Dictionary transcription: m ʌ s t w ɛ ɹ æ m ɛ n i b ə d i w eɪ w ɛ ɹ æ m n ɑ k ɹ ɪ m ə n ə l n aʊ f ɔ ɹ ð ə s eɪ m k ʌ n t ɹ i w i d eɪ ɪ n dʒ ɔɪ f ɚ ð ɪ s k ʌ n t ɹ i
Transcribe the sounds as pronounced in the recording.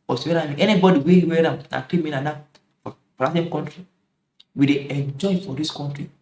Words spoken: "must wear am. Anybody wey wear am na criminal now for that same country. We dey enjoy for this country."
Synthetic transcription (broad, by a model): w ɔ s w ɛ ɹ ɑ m ɛ n i b ə d i w eɪ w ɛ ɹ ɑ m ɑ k l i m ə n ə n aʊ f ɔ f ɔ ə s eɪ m k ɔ n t ɹ i w i d eɪ ɪ n dʒ ɔɪ f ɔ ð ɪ s k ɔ n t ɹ i